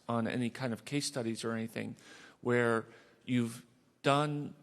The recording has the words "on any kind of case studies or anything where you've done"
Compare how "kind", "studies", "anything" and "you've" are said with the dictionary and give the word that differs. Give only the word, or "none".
none